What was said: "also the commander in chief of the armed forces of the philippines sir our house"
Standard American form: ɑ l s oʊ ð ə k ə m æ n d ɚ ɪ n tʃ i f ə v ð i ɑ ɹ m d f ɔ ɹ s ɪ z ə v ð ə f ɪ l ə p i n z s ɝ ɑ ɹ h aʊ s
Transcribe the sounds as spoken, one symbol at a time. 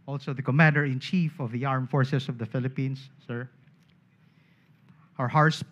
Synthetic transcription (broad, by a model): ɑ l s oʊ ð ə k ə m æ n d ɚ ɪ n tʃ i f ə v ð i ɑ ɹ m f ɔ ɹ s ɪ s ə v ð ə f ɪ l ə p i n s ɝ ɑ ɹ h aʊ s